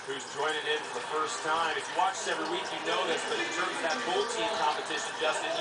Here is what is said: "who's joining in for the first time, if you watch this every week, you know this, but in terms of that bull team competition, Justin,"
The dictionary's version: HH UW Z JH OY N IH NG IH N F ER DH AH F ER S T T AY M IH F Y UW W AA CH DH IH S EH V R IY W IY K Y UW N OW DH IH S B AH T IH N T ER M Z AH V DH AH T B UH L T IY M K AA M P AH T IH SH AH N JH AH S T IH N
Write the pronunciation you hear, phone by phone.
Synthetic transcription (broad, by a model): HH UW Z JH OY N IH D IH N F ER DH AH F ER S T T AY M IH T W AA CH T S EH V R IY W IY K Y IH N OW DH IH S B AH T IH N T ER M Z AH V DH AH T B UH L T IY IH K AA M P AH T IH SH AH N JH AH S T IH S